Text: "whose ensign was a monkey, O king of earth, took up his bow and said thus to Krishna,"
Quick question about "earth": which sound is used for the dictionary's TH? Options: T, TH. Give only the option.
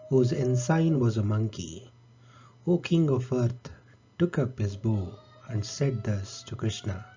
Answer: T